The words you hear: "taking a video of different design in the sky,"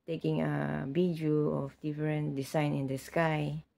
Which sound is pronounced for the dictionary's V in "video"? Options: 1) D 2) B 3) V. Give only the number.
2